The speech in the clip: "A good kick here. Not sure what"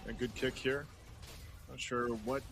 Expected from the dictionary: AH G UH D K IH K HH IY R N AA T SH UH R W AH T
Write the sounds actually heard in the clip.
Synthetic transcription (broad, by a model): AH G UH D K IH K HH IY R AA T SH UH R W AH T